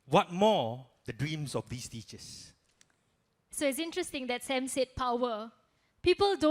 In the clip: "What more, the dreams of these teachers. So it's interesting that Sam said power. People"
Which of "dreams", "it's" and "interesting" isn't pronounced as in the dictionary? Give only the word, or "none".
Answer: dreams